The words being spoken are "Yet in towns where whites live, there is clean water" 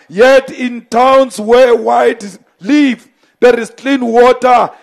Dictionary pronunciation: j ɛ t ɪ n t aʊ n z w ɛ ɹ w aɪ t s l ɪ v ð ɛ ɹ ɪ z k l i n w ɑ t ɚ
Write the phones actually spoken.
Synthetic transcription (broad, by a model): j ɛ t ɪ n t aʊ n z w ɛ w aɪ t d l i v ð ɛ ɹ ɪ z k l i n w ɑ t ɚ